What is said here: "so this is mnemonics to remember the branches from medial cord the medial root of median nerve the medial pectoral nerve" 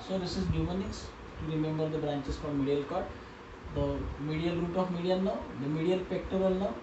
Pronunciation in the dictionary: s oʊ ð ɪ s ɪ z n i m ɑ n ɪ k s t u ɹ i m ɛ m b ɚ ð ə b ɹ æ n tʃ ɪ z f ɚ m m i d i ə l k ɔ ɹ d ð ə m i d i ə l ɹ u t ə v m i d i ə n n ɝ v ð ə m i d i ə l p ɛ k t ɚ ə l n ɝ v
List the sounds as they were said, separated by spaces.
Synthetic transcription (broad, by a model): s oʊ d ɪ s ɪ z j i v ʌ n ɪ s t u ɹ i m ɛ m b ɚ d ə b ɹ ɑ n tʃ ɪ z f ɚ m m i d i ə l k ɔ ɹ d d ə m i d i ə l ɹ u t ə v m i d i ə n n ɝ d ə m i d i ə l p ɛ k t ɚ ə l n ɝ